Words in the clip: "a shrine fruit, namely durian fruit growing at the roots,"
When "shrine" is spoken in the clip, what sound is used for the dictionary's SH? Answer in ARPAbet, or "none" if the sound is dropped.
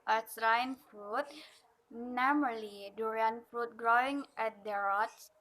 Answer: S